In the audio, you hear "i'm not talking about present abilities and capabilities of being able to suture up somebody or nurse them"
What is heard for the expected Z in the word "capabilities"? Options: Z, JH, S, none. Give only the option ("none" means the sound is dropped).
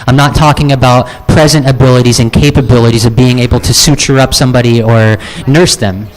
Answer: Z